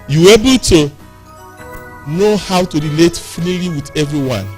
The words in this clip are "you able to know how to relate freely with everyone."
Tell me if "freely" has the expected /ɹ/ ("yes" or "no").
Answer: no